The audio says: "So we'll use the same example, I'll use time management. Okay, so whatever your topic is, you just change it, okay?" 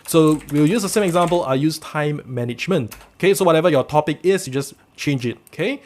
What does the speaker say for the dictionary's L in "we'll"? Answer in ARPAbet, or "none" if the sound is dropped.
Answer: W